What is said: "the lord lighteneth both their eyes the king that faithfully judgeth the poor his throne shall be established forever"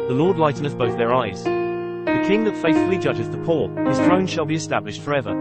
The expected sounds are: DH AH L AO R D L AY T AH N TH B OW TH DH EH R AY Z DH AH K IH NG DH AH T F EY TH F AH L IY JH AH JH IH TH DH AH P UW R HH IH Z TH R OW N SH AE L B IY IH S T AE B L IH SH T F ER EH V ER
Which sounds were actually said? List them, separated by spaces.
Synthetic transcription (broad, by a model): DH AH L AO R D L AY T N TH B OW TH DH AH R AY Z DH AH K IH NG DH AH T F EY TH F AH L IY JH AH JH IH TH DH AH P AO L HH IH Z TH R OW N SH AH L B IY IH S T AE B L IH SH T F ER EH V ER